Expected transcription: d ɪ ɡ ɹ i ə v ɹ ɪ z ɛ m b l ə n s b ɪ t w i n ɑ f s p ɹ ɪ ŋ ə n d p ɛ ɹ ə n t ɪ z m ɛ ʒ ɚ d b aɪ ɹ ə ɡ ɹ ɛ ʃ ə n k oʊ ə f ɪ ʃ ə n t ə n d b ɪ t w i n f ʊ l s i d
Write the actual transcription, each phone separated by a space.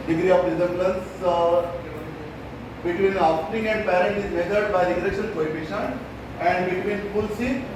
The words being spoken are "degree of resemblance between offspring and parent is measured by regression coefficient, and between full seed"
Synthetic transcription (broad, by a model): d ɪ ɡ ɹ i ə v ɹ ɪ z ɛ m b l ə n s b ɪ t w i n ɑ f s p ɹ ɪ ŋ ə n d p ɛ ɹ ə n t ɪ z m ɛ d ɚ d b aɪ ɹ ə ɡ ɹ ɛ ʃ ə l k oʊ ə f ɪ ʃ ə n ə n d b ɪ t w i n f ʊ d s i